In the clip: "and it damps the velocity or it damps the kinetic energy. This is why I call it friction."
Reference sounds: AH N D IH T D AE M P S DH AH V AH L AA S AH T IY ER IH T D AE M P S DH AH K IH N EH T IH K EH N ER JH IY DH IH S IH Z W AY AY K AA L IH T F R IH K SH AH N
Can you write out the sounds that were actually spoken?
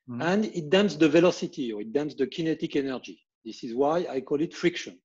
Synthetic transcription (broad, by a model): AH N D IH T D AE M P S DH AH V AH L AA S AH T IY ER IH T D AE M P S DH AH K IH N EH T IH K EH N ER JH IY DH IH S IH Z W AY AY K AA L IH T F R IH K SH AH N